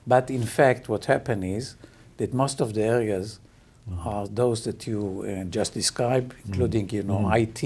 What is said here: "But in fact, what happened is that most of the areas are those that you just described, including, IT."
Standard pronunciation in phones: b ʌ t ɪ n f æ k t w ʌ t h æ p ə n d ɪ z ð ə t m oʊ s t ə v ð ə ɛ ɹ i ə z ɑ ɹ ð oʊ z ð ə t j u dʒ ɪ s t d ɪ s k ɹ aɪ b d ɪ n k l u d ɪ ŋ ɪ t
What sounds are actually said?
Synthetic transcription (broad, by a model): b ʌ t ɪ n f æ k t w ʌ t h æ p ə n ɪ z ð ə t m oʊ s t ə v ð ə ɛ ɹ i ə z ɑ ɹ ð oʊ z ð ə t j u dʒ ɪ s t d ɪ s k ɹ aɪ b ɪ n k l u d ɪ ŋ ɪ t